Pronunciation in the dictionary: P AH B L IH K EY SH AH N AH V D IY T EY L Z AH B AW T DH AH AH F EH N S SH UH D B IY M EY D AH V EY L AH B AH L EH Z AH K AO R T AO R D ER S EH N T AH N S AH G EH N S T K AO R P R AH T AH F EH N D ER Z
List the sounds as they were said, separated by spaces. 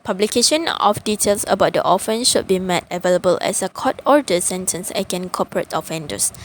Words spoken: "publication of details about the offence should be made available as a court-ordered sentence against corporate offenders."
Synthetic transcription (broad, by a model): P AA B L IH K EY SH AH N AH F D IY T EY L S AH B AW T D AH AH F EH N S SH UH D B IY M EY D AH V EY L AH B AH L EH S AH K AO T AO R D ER S EH N T AH N S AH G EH N K AO P R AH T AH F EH N D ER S